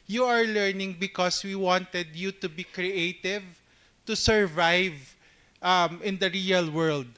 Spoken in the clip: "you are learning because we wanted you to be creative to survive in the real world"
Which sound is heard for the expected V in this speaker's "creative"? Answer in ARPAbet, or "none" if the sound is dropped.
V